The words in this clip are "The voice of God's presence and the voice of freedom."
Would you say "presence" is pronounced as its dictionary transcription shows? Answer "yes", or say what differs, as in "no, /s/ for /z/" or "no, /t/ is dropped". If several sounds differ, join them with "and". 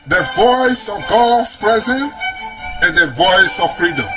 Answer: no, /s/ is dropped